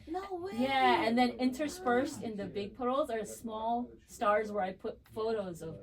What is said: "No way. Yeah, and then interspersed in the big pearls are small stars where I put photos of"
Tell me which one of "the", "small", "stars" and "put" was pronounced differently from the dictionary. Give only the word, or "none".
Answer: none